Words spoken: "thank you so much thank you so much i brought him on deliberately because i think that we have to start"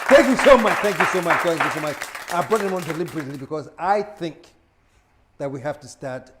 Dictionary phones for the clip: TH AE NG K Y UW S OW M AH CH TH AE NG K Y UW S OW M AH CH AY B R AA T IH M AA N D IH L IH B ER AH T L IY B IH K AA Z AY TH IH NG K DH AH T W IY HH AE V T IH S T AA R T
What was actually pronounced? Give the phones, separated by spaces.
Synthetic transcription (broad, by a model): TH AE NG K Y UW S OW M AH CH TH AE NG K Y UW S OW M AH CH AY B R AA T IH M AA N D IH L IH B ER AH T L IY B IH K AA Z AY TH IH NG K DH AH T W IY HH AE F T IH S T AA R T